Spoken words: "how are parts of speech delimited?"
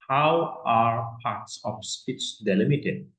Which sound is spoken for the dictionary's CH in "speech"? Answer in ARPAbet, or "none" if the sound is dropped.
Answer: S